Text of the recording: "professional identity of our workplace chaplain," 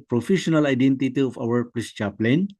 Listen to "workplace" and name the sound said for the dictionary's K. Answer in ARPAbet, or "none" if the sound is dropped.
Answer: none